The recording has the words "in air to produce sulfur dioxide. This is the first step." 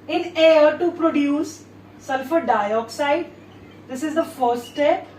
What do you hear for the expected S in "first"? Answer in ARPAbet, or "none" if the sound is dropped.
none